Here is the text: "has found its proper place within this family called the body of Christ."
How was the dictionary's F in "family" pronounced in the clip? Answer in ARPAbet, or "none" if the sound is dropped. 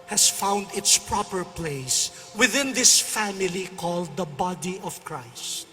F